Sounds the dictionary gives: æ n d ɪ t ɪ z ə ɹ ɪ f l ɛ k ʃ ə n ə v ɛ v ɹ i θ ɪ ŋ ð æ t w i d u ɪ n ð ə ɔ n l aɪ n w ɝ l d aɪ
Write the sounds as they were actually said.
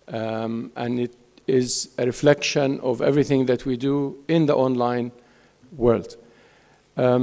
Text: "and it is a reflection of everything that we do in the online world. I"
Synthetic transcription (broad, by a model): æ n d ɪ t ɪ z ə ɹ ɪ f l ɛ k ʃ ə n ə v ɛ v ɹ i θ ɪ ŋ ð æ t w i d u ɪ n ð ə ɔ n l aɪ n w ɝ l d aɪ